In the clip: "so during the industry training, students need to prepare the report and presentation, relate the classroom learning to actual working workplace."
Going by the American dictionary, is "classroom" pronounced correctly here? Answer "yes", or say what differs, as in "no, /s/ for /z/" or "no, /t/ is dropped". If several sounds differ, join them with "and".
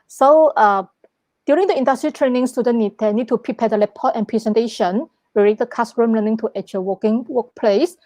no, /l/ is dropped